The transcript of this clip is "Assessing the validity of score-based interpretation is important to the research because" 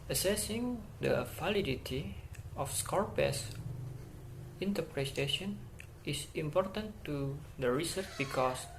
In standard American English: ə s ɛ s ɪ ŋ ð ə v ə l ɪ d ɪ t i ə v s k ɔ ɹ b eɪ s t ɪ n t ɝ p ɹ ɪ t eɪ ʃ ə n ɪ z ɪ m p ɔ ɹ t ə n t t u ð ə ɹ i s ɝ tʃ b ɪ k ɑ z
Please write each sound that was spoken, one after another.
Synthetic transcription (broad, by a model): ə s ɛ s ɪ ŋ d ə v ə l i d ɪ t i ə f s k ɔ ɹ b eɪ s ɪ n t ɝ p ɹ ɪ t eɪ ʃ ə n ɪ s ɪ m p ɔ ɹ t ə n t t u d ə ɹ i s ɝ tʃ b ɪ k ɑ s